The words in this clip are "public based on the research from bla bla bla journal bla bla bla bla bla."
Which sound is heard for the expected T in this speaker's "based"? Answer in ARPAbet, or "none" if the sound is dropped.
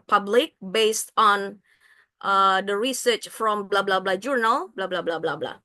T